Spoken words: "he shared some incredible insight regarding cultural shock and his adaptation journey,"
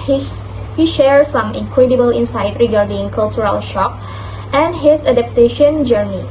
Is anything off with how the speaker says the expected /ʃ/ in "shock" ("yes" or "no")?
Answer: no